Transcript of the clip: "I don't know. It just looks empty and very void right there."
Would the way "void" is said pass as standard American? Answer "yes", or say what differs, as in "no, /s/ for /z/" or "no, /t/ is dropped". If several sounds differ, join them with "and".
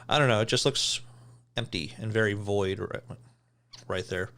yes